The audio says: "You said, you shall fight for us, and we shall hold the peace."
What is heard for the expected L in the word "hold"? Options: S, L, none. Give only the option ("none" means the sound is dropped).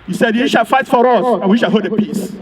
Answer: none